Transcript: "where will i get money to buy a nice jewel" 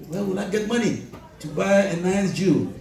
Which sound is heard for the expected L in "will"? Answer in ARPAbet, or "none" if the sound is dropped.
N